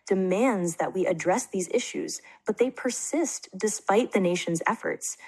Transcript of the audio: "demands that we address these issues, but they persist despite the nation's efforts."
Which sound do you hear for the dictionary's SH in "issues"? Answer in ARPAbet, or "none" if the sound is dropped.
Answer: SH